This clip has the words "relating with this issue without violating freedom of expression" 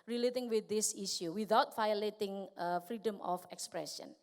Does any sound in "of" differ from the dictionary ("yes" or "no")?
yes